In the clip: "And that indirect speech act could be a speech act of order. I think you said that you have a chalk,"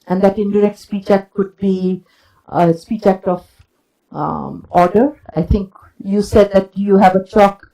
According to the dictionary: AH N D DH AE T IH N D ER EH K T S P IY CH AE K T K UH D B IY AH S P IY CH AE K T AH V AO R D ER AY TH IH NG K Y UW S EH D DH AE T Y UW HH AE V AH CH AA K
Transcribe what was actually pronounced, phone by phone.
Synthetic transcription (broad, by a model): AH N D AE T IH N D ER EH K T S P IY CH AE K T K UH D B IY AH S P IY CH AE K T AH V AO R D ER AY T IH NG K Y UW S EH D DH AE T Y UW HH AE V AH CH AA K